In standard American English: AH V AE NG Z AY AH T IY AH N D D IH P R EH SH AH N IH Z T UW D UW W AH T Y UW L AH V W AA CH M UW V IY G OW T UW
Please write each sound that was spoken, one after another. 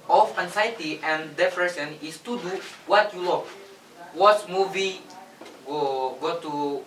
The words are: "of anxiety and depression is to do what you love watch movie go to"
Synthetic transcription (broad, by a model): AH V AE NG S AY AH T IY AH N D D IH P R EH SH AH N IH S T UW D UW W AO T Y UW L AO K W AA S M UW V IY G OW T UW